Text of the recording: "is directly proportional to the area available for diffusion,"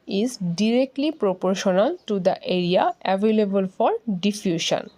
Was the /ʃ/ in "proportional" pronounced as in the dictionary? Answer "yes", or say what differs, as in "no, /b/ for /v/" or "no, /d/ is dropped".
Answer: yes